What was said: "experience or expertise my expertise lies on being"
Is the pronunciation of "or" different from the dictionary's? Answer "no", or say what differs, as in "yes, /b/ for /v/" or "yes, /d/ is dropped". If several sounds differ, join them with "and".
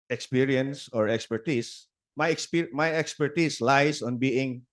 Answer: no